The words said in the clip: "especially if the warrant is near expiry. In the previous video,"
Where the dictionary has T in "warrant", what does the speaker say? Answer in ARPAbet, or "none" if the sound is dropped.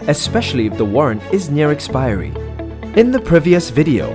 T